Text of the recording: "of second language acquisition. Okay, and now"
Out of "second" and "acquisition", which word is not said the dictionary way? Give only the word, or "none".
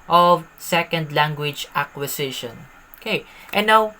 acquisition